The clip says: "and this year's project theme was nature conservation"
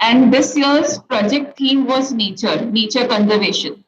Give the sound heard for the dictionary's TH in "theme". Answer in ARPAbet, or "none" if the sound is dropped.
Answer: T